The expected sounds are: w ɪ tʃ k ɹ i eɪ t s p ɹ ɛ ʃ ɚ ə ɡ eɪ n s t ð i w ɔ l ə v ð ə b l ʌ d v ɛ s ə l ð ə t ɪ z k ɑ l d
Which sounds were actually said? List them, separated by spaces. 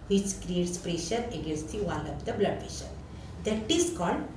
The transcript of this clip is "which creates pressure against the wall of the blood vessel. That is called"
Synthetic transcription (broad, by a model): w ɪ tʃ k ɹ i eɪ t s p ɹ ɛ ʃ ɚ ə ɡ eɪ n s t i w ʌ n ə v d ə b l ʌ d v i ʃ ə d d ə t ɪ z k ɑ l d